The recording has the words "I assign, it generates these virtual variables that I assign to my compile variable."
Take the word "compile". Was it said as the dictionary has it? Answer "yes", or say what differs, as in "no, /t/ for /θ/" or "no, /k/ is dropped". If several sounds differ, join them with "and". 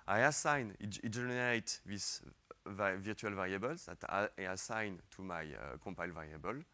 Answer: no, /m/ is dropped